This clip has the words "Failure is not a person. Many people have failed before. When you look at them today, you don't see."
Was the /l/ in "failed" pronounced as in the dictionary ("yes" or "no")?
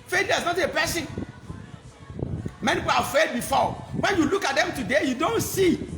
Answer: no